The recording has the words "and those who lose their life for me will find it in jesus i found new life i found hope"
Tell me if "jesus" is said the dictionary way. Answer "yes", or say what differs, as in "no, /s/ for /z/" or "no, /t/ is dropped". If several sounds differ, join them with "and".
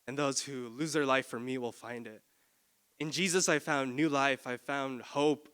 yes